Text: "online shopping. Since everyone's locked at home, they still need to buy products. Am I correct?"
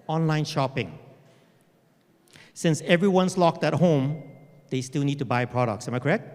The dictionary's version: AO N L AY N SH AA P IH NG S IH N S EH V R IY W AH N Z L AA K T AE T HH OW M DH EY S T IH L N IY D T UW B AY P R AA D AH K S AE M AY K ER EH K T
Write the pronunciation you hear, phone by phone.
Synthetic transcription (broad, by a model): AO N L AY N SH AA P IH NG S IH N S EH V R IY W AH N S L AA K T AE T HH OW M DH EY S T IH L N IY D T UW B AY P R AA D AH K S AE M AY K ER EH K T